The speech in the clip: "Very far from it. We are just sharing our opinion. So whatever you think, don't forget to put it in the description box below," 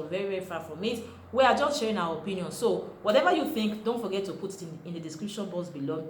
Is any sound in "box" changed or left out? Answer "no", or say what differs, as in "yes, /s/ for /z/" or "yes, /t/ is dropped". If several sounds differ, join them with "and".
yes, /k/ is dropped